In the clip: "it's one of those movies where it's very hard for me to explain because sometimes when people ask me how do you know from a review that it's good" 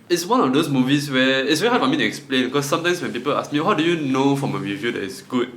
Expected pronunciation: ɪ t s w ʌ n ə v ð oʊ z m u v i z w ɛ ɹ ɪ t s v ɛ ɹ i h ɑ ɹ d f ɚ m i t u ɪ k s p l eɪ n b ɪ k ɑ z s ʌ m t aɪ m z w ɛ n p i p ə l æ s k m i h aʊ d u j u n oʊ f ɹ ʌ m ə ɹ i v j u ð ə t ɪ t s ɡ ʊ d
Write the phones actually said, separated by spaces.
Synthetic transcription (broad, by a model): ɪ t s w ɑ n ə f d oʊ s m u v i s w ɛ ɪ t s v ɛ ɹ i h ɑ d f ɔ m i t u ɪ k s p l eɪ n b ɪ k ɑ s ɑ m t aɪ m s w ɛ n p i p ə l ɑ s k m i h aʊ d u j u n oʊ f ɹ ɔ m ə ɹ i v j u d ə t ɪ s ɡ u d